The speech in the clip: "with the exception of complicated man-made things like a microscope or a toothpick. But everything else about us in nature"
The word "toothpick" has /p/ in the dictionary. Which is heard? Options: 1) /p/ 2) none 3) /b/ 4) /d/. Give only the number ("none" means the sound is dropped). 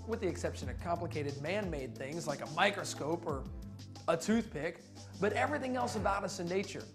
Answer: 1